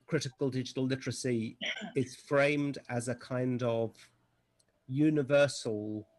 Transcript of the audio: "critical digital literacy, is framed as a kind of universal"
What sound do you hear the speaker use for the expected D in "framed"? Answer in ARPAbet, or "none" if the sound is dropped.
D